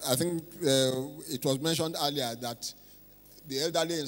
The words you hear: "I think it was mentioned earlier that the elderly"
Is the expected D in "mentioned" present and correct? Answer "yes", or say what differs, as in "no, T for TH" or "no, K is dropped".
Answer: yes